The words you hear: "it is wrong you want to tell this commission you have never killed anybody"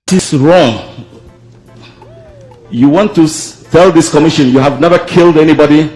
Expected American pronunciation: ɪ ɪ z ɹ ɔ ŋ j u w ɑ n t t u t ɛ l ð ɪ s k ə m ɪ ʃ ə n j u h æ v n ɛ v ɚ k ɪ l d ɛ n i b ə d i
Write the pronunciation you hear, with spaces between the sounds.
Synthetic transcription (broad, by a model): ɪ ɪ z ɹ ɔ ŋ j u w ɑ n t t u t ɛ l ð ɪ s k ə m ɪ ʃ ə n j u h æ v n ɛ v ɚ k ɪ l d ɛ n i b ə d i